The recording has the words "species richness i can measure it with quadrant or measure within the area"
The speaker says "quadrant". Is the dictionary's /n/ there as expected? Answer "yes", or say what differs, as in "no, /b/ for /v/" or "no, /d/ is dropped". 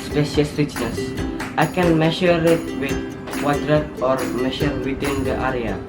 no, /n/ is dropped